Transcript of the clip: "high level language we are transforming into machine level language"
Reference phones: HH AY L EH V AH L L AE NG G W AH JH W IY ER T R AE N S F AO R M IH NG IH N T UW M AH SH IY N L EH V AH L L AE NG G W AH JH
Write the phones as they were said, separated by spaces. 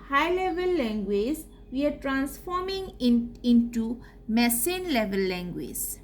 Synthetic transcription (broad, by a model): HH AY L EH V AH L L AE NG G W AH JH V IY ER T R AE N S F AO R M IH NG IH N T UW M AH S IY N L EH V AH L L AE NG G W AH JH